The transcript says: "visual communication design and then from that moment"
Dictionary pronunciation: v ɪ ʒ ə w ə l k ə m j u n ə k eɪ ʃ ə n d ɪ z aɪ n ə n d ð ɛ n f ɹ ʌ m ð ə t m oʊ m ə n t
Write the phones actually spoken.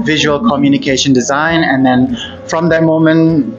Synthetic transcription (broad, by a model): v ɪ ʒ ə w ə l k ə m j u n ə k eɪ ʃ ə n d ɪ z aɪ n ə n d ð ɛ n f ɹ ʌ m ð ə t m oʊ m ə n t